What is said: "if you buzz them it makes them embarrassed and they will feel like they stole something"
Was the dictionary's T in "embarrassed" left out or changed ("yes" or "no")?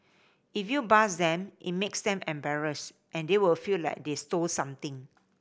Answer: no